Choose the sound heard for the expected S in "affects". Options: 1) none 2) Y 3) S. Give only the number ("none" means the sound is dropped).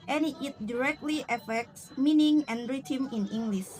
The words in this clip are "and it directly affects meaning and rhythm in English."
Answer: 3